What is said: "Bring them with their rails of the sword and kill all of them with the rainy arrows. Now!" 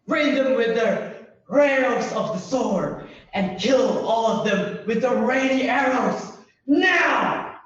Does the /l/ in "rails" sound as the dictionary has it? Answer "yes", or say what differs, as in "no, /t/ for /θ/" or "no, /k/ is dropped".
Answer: no, /l/ is dropped